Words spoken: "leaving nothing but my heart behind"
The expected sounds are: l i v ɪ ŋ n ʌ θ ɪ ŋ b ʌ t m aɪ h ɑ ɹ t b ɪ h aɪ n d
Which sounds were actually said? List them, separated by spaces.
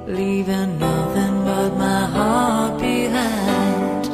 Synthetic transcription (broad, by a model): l i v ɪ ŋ n ʌ θ ɪ ŋ b ʌ t m aɪ h ɑ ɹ t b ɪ h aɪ n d